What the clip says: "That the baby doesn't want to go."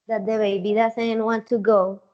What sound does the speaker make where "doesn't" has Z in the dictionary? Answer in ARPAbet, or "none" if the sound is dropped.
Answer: S